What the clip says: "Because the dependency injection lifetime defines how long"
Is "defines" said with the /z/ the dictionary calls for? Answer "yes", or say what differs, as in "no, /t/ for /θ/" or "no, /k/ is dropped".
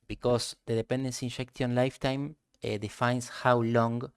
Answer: no, /s/ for /z/